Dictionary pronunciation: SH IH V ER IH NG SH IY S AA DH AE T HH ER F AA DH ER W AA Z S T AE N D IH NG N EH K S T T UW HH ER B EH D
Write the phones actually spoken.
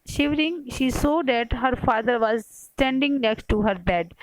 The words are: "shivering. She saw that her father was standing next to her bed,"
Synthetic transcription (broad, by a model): SH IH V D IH NG SH IY S AA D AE T HH ER F AA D ER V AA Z S T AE N D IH NG N EH K S T T UW HH ER B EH D